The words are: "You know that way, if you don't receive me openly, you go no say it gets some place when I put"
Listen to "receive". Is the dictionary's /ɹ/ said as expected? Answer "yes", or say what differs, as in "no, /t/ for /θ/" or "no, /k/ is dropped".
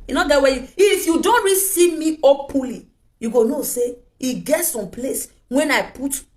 yes